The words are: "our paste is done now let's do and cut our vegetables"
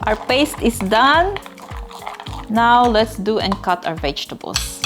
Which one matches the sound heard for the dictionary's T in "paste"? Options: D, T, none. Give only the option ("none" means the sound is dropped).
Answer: T